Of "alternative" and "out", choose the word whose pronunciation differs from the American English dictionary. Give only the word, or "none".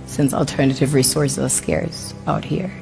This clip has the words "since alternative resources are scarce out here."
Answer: none